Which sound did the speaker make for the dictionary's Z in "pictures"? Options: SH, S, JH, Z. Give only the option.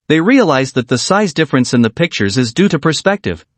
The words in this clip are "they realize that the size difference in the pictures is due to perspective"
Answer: Z